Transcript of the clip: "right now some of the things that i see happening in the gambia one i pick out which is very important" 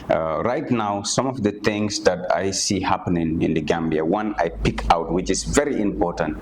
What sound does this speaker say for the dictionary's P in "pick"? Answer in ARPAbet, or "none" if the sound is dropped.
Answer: P